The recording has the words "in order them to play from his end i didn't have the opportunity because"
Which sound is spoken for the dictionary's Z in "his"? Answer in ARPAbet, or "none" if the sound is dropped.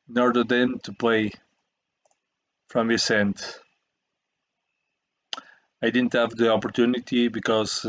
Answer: S